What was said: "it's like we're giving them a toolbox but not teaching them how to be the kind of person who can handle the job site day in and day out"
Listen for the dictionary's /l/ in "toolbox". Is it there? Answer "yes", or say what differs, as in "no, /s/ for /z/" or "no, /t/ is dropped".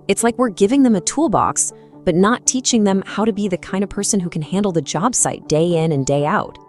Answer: yes